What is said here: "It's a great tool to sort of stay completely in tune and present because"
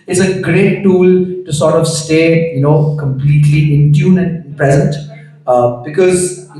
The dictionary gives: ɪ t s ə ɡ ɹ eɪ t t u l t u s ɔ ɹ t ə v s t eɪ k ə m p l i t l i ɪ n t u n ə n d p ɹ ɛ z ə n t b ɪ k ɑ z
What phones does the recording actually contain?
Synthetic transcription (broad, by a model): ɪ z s ə ɡ ɹ eɪ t t u l t u s ɔ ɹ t ə v s t eɪ k ə m p l i t l i ɪ n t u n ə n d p ɛ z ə n t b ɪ k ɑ z